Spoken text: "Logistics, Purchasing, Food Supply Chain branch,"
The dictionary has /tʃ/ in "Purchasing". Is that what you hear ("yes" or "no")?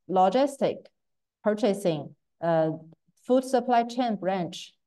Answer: yes